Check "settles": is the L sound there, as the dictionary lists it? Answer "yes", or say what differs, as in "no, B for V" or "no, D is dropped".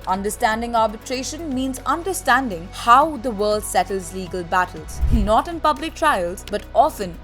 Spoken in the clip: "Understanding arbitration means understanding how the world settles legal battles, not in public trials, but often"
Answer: yes